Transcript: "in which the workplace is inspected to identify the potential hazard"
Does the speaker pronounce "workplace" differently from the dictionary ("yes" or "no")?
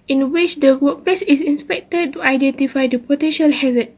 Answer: yes